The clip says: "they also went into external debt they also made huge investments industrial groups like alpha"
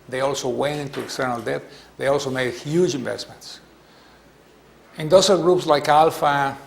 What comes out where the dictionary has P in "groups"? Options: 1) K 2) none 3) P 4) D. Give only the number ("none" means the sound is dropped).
3